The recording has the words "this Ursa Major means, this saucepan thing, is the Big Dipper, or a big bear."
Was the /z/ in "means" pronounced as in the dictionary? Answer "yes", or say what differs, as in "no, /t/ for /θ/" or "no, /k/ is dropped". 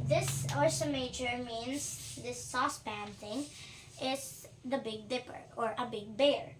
no, /s/ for /z/